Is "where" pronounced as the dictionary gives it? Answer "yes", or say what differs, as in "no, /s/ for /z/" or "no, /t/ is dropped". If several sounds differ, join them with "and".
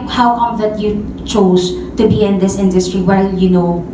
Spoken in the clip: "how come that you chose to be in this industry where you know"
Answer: no, /l/ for /ɹ/